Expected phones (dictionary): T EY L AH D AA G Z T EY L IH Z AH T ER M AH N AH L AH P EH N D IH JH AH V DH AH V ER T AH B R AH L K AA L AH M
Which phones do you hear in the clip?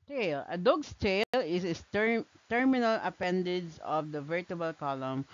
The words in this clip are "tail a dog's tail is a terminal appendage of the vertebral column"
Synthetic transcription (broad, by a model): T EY L AH D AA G S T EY L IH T AH T ER M AH N AH L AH P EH N D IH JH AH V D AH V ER T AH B AH L K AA L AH M